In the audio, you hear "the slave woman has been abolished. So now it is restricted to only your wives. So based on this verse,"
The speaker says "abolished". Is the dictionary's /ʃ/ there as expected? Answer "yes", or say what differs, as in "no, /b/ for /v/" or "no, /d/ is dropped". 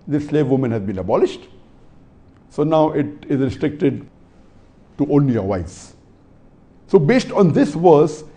yes